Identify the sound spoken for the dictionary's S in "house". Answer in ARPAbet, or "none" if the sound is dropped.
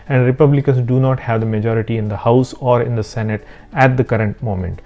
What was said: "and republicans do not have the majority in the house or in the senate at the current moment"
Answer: S